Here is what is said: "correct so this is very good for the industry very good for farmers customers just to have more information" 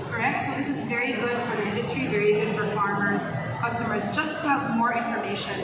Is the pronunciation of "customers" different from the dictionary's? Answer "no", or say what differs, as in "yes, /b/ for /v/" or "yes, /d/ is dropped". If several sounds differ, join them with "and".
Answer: no